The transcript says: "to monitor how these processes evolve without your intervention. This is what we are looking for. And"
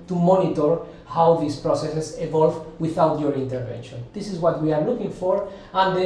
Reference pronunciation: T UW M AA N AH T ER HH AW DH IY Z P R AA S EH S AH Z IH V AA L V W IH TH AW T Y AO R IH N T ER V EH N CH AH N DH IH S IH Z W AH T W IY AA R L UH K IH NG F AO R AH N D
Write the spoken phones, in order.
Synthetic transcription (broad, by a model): T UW M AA N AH T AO HH AW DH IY S P R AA S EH S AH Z IH V AA L V W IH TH AW T Y AO R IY N T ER V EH N SH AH N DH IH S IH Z W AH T W IY AA R L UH K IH NG F AO R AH N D